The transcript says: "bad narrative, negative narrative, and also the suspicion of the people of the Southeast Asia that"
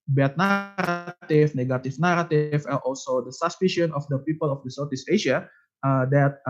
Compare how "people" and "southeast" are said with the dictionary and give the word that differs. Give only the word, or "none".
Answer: southeast